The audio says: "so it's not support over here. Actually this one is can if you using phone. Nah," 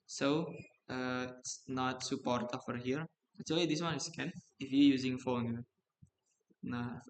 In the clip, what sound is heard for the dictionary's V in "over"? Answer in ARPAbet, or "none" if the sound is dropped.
F